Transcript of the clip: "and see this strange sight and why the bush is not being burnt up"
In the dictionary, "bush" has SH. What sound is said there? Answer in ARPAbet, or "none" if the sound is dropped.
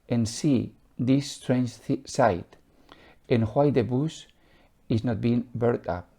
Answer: S